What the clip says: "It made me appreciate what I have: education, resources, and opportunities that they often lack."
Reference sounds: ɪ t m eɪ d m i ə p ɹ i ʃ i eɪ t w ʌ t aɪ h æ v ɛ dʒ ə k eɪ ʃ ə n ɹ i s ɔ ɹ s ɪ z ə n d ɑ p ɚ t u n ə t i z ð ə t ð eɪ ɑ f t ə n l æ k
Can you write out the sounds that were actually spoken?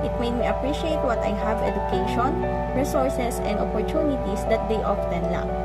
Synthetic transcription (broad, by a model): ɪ t m eɪ d m i ə p ɹ i ʃ i eɪ t w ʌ t aɪ h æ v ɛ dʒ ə k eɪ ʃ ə n ɹ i s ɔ ɹ s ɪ s ə n d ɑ p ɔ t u n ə t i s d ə t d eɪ ɑ f t ə n l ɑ